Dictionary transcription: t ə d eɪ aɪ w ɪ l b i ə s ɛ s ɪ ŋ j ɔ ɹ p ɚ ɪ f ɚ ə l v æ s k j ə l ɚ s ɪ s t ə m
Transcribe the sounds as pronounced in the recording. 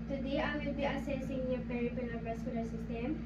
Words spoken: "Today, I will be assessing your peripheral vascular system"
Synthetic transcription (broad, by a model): t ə d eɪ aɪ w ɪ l b i ə s ɛ s ɪ ŋ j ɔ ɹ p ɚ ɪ p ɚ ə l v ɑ s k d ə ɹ s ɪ s t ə m